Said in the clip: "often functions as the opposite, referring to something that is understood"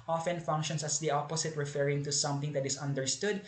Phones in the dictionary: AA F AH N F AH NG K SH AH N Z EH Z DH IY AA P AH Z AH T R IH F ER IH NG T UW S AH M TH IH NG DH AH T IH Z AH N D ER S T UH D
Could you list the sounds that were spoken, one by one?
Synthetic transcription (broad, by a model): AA F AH N F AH NG K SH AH N S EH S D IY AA P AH S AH T R IH F ER IH NG T UW S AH M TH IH NG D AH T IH S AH N D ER S T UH D